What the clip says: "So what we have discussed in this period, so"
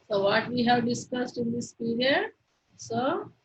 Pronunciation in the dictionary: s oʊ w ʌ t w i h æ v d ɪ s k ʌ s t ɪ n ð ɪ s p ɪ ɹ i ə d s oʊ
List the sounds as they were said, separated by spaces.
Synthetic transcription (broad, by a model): s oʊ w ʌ t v i h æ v d ɪ s k ʌ s t ɪ n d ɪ s p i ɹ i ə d s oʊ